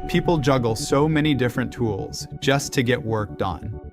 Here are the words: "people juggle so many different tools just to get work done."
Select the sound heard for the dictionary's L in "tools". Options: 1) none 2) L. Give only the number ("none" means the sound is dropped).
2